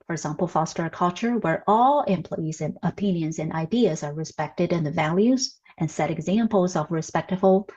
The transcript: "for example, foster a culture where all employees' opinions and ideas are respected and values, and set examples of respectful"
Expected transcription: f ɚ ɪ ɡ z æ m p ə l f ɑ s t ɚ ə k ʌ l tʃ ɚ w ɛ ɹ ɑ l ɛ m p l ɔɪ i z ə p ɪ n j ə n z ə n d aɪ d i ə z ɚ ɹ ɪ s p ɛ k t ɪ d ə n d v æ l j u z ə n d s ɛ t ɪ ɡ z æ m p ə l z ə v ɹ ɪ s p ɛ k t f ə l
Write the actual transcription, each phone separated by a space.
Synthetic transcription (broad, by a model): f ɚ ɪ ɡ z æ m p l f ɑ s t ɚ ə k ʌ l tʃ ɚ w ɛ ɹ ɑ l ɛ m p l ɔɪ i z ə p ɪ n j ə n z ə n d aɪ d i ə z ɚ ɹ ɪ s p ɛ k t ɪ d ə n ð v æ l j u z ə n s ɛ t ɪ ɡ z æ m p l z ə v ɹ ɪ s p ɛ k t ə l